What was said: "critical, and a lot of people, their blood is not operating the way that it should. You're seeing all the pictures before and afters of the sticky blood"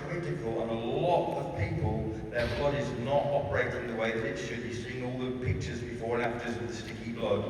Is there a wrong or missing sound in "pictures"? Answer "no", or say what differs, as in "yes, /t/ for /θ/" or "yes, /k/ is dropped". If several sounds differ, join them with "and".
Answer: no